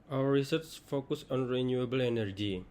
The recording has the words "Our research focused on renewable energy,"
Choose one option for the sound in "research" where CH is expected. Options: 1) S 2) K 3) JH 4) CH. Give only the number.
1